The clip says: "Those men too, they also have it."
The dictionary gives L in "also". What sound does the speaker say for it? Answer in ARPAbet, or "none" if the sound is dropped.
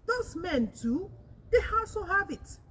none